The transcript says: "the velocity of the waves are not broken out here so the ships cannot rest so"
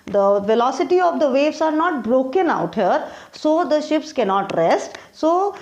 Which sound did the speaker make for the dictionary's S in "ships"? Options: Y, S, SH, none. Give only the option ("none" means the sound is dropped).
S